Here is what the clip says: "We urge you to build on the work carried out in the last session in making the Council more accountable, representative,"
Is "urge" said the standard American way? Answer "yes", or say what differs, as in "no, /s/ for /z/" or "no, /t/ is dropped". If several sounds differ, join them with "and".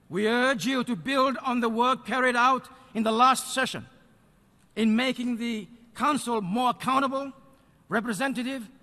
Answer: yes